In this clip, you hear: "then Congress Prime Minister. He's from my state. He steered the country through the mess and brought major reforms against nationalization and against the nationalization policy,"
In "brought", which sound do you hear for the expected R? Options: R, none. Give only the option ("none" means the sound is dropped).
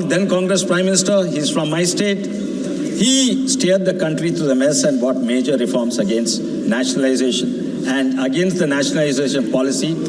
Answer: none